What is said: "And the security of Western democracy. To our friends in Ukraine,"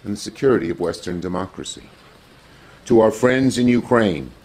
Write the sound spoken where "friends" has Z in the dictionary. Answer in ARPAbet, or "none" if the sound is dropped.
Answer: Z